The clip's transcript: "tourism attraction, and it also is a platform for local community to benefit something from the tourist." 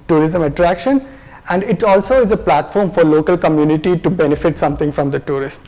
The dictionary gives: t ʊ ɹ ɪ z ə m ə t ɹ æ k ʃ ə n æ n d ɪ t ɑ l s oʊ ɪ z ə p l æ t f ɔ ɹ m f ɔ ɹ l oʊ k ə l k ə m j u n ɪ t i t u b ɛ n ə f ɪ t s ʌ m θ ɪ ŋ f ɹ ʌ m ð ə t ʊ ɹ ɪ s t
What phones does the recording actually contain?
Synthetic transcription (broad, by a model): t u ɹ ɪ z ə m ə t ɹ æ k ʃ ə n æ n d ɪ t ɑ l s oʊ ɪ z ə p l æ t f ɔ ɹ m f ɔ ɹ l oʊ k ə l k ə m j u n ɪ t i t u b ɛ n ə f ɪ t s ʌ m t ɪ ŋ f ɹ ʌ m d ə t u ɹ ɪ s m